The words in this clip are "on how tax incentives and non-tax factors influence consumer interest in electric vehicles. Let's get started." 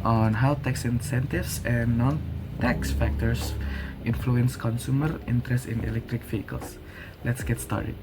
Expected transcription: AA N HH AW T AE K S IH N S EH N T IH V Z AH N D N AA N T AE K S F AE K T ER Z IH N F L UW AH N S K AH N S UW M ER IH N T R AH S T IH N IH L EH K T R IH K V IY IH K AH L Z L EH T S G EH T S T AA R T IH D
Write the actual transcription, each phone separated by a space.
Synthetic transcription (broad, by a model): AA N HH AW T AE K S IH N S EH N T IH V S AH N N AA N T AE K S F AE K T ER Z IH N F L UW AH N S K AH N S UW M ER IH N T R AH S T IH N IH L EH K T R IH K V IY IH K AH L S L EH T S G EH T S T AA R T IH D